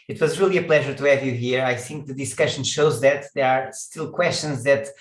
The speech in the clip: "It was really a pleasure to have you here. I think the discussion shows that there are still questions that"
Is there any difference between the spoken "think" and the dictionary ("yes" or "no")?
no